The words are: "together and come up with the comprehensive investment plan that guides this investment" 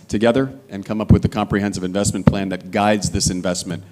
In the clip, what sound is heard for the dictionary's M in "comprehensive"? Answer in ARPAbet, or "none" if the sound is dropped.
M